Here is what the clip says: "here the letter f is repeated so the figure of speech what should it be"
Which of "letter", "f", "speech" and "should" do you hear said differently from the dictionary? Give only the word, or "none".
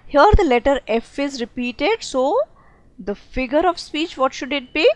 none